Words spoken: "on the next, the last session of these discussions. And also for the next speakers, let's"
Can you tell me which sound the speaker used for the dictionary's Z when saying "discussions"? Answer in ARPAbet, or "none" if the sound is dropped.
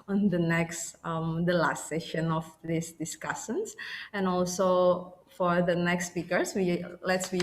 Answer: S